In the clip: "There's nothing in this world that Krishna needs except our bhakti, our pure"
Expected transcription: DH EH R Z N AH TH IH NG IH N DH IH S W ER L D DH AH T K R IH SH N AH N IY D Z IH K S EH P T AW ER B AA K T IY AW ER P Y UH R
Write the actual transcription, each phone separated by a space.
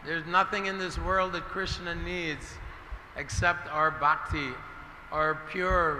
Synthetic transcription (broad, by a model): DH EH R Z N AH TH IH NG IH N DH IH S W ER L D DH AH T K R IH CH N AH N IY D Z IH K S EH P T AW ER B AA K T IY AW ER P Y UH R